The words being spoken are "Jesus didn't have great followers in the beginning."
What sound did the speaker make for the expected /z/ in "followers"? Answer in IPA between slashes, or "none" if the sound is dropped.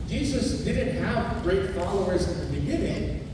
/z/